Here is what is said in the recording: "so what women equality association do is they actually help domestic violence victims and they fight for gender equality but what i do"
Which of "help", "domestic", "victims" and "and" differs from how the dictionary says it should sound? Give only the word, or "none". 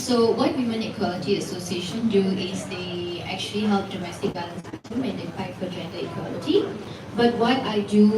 victims